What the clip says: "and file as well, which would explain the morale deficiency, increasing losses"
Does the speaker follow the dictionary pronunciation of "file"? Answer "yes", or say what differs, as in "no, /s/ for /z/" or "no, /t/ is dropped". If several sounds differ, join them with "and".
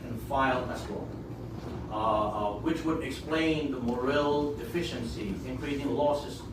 yes